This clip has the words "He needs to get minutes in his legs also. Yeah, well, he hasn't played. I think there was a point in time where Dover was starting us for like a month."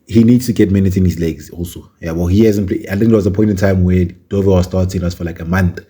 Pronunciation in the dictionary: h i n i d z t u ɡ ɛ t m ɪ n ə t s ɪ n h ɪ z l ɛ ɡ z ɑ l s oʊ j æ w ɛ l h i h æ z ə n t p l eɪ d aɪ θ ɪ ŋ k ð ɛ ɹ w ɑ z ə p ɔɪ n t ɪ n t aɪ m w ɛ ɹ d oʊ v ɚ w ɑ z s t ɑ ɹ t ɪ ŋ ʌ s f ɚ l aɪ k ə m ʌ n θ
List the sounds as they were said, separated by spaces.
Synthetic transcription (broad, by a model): h i n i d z t u ɡ ɛ t m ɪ n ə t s ɪ n h ɪ z l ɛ ɡ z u s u j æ w ɛ l h i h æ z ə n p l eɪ aɪ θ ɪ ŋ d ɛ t w ɑ z ə p ɔɪ n t ɪ n t aɪ m w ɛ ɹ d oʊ v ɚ w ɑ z s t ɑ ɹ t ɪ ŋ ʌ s f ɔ l aɪ k ə m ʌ n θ